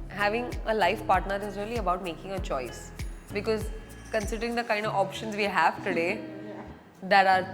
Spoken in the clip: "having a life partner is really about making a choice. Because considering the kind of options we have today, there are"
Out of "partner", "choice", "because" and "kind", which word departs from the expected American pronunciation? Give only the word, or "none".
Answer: none